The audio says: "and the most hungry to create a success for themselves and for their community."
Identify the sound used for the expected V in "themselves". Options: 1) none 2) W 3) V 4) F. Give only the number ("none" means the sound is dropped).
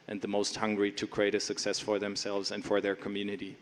3